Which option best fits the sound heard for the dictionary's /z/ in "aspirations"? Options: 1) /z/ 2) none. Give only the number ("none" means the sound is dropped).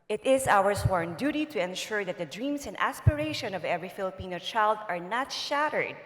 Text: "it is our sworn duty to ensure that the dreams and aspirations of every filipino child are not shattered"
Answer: 2